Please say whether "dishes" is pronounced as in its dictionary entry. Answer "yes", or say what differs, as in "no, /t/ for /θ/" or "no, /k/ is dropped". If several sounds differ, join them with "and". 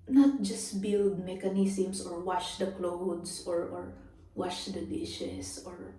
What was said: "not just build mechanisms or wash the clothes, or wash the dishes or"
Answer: no, /s/ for /z/